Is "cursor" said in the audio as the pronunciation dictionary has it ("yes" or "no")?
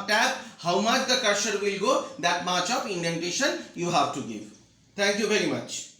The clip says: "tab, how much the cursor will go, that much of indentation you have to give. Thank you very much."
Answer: no